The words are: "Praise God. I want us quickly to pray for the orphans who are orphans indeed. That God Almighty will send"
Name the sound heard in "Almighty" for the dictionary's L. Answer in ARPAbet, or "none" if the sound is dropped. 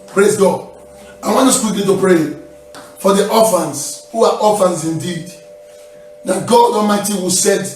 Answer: none